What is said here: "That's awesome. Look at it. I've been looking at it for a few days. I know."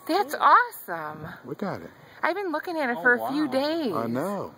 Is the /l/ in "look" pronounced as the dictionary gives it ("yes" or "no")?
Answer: no